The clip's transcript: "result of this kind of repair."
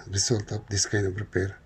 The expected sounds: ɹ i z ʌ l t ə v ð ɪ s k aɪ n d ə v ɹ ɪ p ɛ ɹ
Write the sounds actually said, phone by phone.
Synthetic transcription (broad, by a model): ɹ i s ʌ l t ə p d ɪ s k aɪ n ə b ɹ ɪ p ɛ ɹ